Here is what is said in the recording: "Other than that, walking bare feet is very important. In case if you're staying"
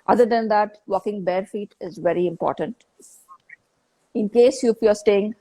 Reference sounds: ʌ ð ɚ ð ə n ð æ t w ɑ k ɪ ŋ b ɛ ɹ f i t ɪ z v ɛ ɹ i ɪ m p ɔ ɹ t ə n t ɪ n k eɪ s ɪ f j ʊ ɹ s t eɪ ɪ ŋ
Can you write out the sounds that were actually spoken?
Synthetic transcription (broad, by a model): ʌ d ɚ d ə n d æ t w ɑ k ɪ ŋ b ɛ ɹ f i t ɪ z v ɛ ɹ i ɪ m p ɔ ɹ t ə n t ɪ n k eɪ s ɪ f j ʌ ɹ s t eɪ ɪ ŋ